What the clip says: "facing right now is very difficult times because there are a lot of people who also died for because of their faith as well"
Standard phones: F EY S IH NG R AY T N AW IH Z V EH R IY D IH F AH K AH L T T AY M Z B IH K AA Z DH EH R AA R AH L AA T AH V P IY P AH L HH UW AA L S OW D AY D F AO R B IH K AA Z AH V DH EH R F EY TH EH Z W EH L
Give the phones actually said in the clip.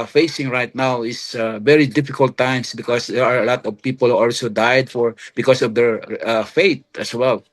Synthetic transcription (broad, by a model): F EY S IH NG R AY T N AW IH S V EH R IY D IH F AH K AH L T T AY M S B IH K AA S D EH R AA R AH L AA T AH V P IY P AH L HH UW AA L S OW D AY D F AO R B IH K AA S AH V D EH R F EY T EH S W EH L